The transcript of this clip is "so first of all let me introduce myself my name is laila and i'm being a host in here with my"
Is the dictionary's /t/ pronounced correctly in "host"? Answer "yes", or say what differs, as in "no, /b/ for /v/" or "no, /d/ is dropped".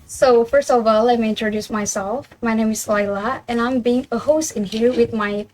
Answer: yes